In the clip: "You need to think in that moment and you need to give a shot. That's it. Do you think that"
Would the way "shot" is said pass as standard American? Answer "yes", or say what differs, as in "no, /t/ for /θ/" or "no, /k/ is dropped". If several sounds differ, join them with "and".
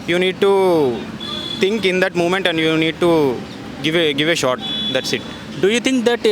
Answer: yes